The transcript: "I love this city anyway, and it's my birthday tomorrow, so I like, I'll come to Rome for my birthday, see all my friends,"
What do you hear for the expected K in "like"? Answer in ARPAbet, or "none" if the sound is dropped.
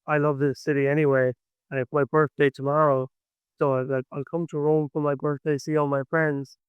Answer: none